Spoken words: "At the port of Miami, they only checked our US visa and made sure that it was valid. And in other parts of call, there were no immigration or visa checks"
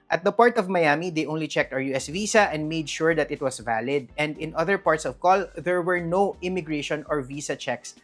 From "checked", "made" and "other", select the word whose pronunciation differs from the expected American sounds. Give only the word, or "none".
none